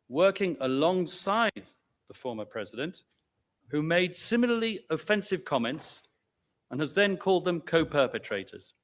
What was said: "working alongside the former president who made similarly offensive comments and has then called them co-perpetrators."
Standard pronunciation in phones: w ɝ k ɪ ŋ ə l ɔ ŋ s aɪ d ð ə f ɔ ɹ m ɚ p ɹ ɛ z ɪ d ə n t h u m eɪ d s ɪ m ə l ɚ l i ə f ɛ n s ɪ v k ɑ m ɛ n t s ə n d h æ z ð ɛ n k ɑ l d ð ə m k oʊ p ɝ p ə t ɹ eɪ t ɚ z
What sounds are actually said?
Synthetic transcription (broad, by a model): w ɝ k ɪ ŋ ə l ɔ ŋ s aɪ d ð ə f ɔ ɹ m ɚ p ɹ ɛ z ɪ d ə n t h u m eɪ d s ɪ m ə l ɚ l i ə f ɛ n s ɪ v k ɑ m ɛ n t s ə n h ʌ z ð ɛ n k ɑ l d ð ə m k oʊ p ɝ p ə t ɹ eɪ t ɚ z